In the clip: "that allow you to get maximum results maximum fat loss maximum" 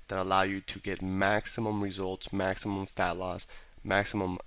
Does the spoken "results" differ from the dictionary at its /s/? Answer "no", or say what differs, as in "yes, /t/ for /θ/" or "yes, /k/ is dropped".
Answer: no